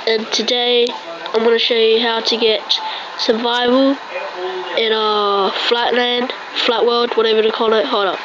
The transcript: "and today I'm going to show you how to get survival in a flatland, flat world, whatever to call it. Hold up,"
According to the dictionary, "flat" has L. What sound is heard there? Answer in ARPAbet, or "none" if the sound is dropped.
L